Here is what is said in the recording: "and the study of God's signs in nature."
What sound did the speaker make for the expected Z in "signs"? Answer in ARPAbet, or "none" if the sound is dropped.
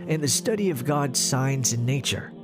Z